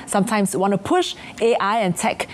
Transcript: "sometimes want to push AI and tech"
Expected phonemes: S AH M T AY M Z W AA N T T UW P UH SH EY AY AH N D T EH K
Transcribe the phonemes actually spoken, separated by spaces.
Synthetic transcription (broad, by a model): S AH M T AY M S W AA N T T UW P UH SH EY AY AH N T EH K